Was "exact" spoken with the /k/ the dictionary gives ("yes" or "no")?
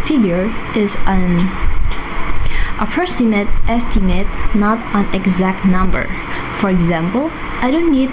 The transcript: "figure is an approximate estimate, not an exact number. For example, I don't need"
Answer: yes